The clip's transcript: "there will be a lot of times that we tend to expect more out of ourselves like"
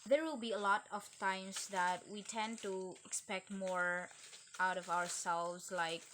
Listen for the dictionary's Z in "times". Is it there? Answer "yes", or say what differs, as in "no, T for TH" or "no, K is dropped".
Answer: no, S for Z